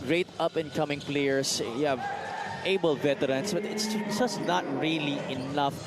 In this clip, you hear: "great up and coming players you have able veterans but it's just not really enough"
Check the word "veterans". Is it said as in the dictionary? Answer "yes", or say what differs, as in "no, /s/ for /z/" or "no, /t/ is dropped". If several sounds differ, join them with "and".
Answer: no, /s/ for /z/